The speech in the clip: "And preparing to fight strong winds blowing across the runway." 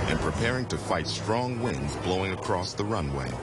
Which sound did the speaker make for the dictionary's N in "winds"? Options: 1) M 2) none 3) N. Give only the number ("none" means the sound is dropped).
3